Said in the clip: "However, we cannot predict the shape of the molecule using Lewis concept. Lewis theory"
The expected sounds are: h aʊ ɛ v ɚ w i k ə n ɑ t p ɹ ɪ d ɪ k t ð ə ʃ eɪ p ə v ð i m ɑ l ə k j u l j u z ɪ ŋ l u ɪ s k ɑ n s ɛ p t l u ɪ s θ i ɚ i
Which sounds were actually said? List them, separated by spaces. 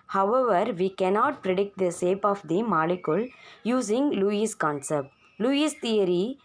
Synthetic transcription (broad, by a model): h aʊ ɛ v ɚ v i k ə n ɑ t p ɹ ɪ d ɪ k t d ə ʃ eɪ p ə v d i m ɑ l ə k j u l j u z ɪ ŋ l u ɪ s k ɑ n s ɛ p t l u ɪ s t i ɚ i